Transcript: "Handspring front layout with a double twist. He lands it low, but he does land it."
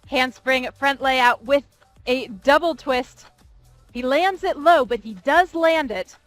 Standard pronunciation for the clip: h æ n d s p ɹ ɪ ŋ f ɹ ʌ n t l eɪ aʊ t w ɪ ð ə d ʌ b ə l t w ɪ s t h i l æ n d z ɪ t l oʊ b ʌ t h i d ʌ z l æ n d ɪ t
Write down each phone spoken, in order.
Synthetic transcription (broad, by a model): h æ n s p ɹ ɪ ŋ f ɹ ʌ n t l eɪ aʊ t w ɪ ð ə d ʌ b l t w ɪ s t h i l æ n d z ɪ t l oʊ b ʌ t h i d ʌ z l æ n d ɪ t